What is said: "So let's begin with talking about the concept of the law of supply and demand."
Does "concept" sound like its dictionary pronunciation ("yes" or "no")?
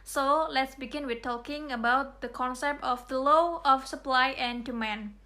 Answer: yes